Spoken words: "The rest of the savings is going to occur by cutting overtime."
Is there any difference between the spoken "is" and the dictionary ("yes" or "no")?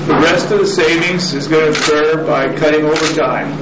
no